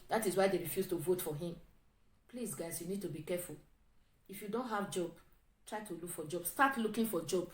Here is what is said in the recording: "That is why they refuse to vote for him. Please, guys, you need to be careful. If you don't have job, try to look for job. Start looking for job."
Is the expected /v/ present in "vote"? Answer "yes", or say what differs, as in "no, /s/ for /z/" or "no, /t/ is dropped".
yes